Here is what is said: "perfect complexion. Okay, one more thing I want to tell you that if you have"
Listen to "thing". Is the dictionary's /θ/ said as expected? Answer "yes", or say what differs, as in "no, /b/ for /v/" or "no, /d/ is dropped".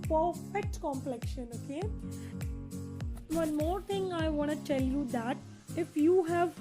no, /t/ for /θ/